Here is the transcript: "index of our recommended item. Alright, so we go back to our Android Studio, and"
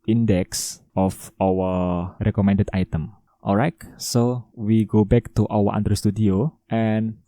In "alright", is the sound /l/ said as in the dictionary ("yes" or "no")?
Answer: yes